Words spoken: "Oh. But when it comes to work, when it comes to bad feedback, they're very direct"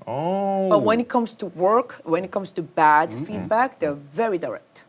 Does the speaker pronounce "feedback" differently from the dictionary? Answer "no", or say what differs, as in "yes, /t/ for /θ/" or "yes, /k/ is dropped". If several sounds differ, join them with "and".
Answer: no